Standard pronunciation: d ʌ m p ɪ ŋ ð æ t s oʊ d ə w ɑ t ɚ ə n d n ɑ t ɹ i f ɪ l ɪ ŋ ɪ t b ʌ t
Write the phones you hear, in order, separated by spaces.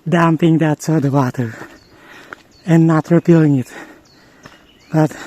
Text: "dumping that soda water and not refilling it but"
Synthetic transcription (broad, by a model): d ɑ m p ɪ ŋ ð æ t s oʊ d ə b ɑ t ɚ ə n n ɑ t ɹ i p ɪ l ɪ ŋ ɪ t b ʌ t